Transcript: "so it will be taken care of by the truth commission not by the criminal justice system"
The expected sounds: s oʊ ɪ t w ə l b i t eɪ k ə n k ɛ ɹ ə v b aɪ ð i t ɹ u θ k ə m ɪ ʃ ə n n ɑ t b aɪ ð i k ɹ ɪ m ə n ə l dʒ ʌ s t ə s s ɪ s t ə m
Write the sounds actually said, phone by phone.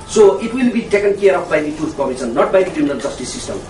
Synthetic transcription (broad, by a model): s oʊ ɪ t w ə l b i t eɪ k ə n k ɛ ɹ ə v b aɪ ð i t u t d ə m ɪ s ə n n ɑ t b aɪ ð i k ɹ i m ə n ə l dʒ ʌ s t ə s s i s t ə m